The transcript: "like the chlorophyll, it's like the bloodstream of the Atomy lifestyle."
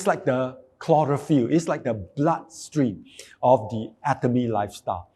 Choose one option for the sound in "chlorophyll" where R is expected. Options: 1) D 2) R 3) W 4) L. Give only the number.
2